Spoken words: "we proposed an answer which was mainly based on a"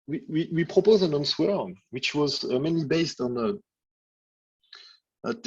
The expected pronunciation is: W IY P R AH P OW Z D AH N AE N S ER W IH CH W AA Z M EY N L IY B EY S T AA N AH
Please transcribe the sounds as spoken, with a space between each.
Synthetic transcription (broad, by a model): W IY P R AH P OW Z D AH N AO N S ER W IH CH W AA Z M EY N L IY B EY S T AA N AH